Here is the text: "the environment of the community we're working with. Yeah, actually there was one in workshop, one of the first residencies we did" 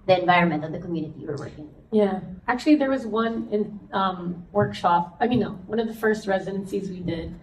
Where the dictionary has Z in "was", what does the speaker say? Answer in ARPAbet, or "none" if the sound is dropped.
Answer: Z